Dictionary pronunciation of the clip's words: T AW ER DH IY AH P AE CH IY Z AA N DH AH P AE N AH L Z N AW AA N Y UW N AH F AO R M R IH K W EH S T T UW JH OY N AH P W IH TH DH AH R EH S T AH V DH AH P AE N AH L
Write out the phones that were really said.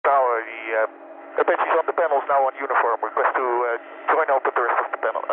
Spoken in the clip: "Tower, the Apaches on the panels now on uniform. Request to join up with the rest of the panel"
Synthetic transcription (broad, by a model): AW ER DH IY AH B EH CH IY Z AA N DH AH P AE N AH L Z N AW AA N Y UW N AH F AO R M W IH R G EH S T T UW JH OY N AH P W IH DH AH R EH S T AH V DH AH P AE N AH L